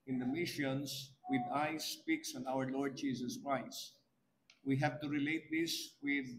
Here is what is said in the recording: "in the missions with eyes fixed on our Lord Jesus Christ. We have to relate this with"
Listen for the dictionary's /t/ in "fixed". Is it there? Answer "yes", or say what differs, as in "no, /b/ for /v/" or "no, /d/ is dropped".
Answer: no, /t/ is dropped